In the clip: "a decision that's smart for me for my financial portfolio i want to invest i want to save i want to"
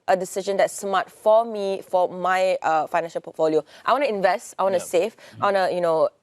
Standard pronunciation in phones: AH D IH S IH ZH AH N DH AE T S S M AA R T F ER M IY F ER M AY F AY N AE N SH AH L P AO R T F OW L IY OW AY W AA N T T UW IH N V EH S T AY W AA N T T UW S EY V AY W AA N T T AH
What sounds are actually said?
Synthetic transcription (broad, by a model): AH D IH S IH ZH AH N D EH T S S M AA T F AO M IY F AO M AY F AY N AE N SH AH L P AO T F OW L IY OW AY W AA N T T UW IH N V EH S T AY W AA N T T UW S EY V AY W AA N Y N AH